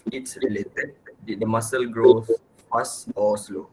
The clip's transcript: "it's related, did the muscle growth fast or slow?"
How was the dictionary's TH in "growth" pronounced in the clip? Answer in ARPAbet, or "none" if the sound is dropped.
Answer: S